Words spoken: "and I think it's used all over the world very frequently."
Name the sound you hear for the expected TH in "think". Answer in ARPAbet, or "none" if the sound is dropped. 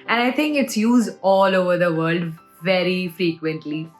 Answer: T